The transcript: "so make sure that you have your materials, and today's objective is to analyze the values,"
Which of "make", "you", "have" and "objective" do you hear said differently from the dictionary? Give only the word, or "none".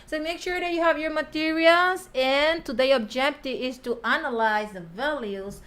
none